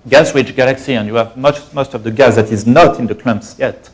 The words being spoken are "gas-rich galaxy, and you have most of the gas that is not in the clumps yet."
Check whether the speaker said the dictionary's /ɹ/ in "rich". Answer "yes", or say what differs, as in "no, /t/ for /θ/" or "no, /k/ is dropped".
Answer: no, /w/ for /ɹ/